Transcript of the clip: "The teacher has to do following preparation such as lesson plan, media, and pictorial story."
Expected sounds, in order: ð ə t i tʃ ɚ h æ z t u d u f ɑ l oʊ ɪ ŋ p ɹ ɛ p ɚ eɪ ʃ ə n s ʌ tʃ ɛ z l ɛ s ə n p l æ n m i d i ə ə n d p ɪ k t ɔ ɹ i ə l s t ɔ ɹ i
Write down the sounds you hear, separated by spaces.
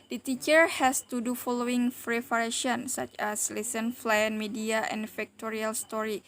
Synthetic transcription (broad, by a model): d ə t i tʃ ɚ h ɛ s t u d u f ɑ l oʊ ɪ ŋ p ɹ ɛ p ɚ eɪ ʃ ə n s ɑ tʃ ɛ s l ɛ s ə n f l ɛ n m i d i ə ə n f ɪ k t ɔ ɹ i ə l s t ɔ ɹ i